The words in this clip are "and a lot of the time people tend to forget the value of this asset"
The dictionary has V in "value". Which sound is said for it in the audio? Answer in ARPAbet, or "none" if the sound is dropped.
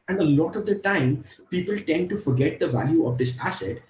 V